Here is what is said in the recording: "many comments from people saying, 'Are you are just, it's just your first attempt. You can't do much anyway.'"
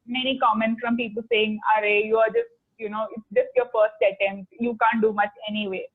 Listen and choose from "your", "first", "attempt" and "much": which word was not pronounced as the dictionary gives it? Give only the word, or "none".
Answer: attempt